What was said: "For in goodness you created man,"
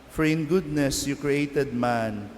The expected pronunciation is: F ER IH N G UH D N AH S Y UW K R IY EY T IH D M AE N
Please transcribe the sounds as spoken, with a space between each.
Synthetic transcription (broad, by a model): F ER IH N G UH D N AH S Y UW K R IY EY T IH D M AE N